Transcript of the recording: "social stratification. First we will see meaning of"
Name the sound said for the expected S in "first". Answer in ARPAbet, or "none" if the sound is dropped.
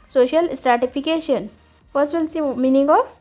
none